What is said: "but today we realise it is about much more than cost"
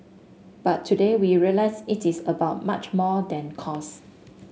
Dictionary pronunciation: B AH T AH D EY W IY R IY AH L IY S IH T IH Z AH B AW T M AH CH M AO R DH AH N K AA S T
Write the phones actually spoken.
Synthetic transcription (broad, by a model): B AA T AH D EY W IY R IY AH L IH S IH T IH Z AH B AW T M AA CH M AO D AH N K AA S